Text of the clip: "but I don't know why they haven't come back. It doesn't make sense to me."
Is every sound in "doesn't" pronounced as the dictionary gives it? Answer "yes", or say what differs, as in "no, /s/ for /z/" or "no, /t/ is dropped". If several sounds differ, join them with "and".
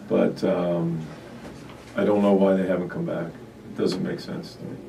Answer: yes